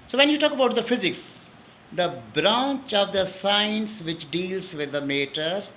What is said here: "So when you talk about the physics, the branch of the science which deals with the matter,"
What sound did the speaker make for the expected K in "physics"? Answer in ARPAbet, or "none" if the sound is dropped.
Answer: K